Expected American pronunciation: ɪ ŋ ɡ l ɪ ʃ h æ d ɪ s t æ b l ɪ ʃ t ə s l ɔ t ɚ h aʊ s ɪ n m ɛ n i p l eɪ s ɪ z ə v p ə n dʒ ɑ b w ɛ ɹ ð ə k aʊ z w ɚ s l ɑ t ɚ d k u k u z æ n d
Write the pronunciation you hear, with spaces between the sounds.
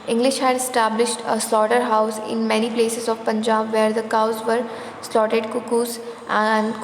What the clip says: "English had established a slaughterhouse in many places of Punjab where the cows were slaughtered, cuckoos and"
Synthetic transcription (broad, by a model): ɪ ŋ ɡ l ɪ ʃ h æ d ɪ s t æ b l ɪ ʃ t ə s l ɔ t ɚ h aʊ s ɪ n m ɛ n i p l eɪ s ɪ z ə v p ə n dʒ ɑ b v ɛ ɹ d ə k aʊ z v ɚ s l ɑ t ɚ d k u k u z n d